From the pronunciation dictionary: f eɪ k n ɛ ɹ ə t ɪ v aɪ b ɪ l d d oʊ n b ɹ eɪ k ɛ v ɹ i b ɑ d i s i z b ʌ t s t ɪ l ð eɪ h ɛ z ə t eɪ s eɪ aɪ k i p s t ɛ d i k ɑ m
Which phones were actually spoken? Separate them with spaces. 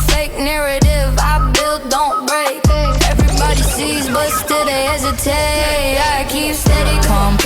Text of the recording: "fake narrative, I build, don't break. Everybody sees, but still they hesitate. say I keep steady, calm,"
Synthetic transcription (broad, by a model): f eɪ k n ɛ ɹ ə t ɪ v aɪ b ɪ l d d oʊ n b ɹ eɪ k ɛ v ɹ i b ɑ d i s i z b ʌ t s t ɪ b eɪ h ɛ z ə t eɪ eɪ aɪ k i p s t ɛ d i k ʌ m